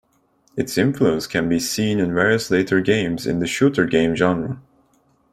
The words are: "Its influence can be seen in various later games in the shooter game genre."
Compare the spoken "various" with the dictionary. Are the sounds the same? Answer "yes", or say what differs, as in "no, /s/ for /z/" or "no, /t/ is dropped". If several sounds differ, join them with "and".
yes